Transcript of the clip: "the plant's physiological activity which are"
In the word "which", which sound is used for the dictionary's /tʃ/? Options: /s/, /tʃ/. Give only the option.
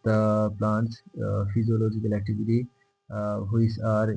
/s/